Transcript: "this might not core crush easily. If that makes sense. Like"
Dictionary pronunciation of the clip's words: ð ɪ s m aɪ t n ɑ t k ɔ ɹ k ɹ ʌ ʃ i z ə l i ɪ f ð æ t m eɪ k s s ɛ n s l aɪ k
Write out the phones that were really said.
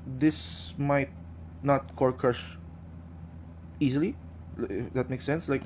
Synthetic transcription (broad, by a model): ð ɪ s m aɪ t n ɑ t k ɔ ɹ k ʌ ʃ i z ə l i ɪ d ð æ t m eɪ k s s ɛ n s l aɪ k